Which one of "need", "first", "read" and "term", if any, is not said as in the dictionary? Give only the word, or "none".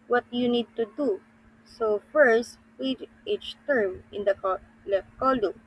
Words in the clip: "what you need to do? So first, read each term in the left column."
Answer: read